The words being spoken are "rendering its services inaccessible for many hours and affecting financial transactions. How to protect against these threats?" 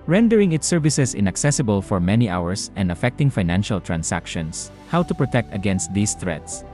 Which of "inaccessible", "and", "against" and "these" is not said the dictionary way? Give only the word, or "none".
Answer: these